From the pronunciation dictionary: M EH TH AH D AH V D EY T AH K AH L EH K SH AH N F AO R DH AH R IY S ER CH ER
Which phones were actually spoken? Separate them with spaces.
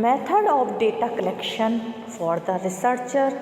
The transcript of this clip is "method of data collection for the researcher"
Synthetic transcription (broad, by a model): M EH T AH D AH P D EY T AH K AH L EH K SH AH N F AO R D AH R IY S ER CH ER